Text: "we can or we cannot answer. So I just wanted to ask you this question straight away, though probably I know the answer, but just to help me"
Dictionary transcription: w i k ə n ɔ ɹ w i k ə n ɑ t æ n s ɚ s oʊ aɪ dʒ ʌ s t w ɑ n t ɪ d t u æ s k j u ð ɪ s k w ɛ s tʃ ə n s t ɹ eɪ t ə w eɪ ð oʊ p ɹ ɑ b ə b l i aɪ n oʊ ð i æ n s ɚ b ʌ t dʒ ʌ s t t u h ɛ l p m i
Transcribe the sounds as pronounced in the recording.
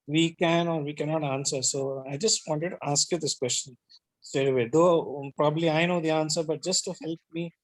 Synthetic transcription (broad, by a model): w i k ə n ɔ ɹ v i k ə n ɑ t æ n s ɚ s oʊ aɪ dʒ ʌ s t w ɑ n t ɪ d t u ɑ s k j u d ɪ s k w ɛ s tʃ ə n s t eɪ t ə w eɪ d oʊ p ɹ ɑ b ə b l i aɪ n oʊ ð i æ n s ɚ b ʌ t dʒ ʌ s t t u h ɛ l p m i